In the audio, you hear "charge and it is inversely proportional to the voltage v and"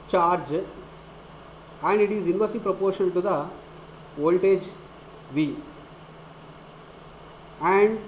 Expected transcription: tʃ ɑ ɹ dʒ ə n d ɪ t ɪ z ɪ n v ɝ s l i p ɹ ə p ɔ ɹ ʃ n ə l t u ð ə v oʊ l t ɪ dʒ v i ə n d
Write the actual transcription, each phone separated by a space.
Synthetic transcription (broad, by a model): tʃ ɑ ɹ dʒ ə n d ɪ t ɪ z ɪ n v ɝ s i p ɹ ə p ɔ ɹ ʃ ə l t u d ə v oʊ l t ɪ dʒ v i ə n d